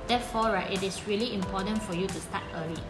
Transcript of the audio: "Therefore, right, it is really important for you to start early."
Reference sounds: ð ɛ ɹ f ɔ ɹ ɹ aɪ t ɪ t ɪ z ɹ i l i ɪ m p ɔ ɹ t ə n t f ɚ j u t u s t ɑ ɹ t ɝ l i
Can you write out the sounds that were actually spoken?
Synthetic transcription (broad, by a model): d ɛ f ɔ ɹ ɹ aɪ t ɪ t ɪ s ɹ i l i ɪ m p ɔ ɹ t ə n t f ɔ j u t u s t ɑ t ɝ l i